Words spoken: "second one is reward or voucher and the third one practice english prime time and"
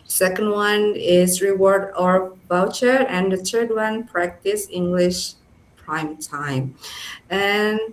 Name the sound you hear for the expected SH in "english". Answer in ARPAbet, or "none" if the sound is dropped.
SH